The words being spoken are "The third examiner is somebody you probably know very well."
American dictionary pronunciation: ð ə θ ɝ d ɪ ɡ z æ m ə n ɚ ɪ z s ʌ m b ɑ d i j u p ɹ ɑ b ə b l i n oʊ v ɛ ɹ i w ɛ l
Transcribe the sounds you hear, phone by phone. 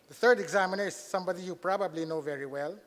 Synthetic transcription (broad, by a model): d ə t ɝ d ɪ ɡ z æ m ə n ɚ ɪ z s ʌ m b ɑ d i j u p ɹ ɑ b ə b l i n oʊ v ɛ ɹ i w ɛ l